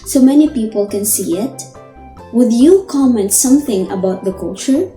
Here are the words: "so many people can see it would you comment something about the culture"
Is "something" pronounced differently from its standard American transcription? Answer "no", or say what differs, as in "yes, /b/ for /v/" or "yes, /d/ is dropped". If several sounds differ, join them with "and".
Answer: no